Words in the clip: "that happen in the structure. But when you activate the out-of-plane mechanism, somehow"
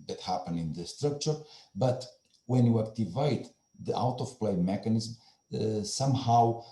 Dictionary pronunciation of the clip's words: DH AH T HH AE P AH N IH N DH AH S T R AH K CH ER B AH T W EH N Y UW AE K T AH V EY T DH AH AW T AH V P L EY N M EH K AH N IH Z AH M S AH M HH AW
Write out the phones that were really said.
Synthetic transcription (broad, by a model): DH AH T HH AE P AH N IH N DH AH S T R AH K CH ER B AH T W EH N Y UW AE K T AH V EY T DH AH AW T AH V P L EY M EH K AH N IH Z M S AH M HH AW